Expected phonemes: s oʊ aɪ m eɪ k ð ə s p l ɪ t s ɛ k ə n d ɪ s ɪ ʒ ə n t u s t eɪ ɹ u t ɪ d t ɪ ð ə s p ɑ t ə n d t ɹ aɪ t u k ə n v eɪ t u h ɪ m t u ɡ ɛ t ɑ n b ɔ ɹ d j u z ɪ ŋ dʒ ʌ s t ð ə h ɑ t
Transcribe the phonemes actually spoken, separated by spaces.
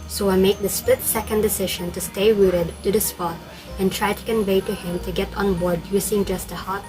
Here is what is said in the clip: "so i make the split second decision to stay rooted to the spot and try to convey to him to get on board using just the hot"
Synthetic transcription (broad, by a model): s oʊ aɪ m eɪ k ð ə s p ɪ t s ɛ k ə n d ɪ s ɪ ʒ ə n t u s t eɪ ɹ u t ɪ d t ɪ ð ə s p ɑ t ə n t ɹ aɪ t u k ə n v eɪ t u h ɪ m t u ɡ ɛ t ɑ n b ɔ ɹ d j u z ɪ ŋ dʒ ʌ s t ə h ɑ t